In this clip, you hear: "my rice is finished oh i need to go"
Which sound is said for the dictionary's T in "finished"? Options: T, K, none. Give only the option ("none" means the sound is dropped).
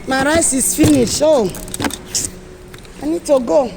none